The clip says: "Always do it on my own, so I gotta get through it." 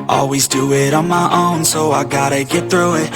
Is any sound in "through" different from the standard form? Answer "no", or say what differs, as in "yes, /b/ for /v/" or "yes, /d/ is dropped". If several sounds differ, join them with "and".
no